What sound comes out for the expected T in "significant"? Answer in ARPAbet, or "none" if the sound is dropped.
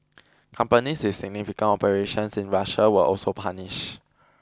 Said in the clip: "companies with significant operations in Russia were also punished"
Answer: none